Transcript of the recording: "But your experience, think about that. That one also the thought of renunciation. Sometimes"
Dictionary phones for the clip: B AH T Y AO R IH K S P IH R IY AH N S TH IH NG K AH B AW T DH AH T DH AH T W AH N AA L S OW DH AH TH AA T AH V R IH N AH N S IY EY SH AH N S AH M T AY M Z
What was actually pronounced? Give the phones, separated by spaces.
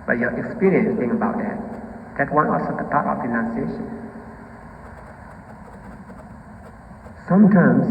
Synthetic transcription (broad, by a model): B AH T Y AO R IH K S P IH R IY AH N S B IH NG AH B AW T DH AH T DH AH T W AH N AA L S OW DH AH T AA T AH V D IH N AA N S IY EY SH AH N S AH M T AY M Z